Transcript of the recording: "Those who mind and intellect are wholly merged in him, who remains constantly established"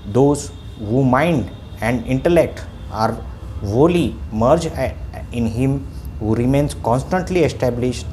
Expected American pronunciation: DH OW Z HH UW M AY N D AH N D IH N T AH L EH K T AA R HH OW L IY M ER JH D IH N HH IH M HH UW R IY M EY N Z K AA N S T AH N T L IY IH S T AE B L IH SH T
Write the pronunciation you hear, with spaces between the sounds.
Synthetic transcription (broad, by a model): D OW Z HH UW M AY N D AH N D IH N T AH L EH K T AA R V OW L IY M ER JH IH N HH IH M HH UW R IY M EY N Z K AA N S T AH N T L IY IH S T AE B L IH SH T